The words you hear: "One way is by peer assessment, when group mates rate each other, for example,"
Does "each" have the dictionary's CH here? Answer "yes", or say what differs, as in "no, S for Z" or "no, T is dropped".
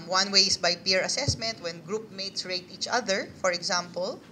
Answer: yes